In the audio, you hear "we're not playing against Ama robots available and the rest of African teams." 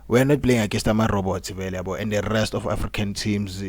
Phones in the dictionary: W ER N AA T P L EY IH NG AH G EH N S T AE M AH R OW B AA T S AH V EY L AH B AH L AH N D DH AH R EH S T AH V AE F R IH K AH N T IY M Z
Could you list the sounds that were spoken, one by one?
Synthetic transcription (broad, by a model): W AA N AA T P L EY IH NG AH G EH S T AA M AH R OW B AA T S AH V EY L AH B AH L AH N D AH R EH S T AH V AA F R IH K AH N T IY M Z